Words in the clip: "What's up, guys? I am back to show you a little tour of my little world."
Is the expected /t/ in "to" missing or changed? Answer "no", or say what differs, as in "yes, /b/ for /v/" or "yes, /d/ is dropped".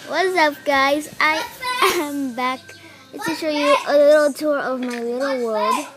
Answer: yes, /s/ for /t/